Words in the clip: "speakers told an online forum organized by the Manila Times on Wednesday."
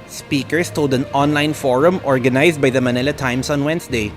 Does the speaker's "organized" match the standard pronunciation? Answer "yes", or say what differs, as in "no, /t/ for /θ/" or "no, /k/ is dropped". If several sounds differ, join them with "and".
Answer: no, /s/ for /z/